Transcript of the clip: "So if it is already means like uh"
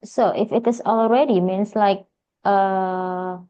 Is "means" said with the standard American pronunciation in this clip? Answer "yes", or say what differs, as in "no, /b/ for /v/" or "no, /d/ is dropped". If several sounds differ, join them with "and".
no, /s/ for /z/